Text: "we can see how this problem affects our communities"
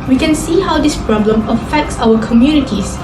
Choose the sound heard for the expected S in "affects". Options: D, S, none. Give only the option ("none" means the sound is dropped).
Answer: S